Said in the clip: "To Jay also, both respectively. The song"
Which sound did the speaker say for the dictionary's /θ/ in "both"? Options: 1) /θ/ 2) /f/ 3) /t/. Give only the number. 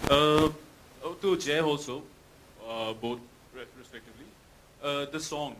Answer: 3